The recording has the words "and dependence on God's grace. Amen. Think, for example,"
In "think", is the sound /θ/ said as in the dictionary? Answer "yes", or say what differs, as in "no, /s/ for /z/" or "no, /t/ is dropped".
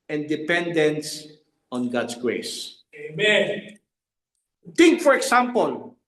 no, /t/ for /θ/